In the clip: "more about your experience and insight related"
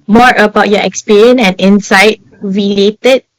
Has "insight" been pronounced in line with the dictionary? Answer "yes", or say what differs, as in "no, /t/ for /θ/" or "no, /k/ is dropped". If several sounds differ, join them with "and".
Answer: yes